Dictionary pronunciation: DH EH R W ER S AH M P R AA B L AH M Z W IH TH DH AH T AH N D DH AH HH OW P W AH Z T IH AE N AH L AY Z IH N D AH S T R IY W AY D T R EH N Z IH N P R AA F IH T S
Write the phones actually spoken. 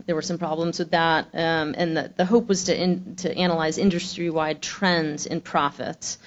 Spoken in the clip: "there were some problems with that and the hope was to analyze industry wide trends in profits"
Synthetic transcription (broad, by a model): DH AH R W ER S AH M P R AA B L AH M Z W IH DH AH T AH N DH DH AH HH OW P W AH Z T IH AE N AH L AY Z IH N D AH S T R IY W AY D T R EH N Z IH N P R AA F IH T S